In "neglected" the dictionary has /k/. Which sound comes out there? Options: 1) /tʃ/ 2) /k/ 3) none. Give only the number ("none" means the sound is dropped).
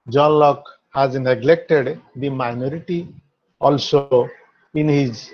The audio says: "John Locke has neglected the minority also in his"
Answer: 2